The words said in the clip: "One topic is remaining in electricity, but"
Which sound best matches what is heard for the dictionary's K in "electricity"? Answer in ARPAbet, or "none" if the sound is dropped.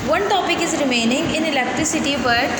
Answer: K